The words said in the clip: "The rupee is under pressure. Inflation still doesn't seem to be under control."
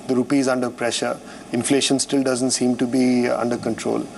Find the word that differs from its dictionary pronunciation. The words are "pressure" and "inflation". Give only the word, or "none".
none